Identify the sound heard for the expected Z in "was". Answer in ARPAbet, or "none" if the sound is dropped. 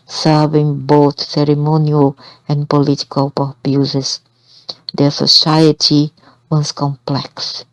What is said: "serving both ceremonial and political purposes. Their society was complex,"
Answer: S